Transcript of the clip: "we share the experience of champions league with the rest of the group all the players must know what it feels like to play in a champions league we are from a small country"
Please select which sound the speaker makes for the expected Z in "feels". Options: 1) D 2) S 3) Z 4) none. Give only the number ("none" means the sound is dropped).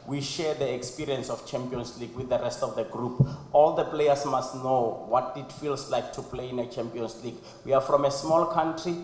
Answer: 2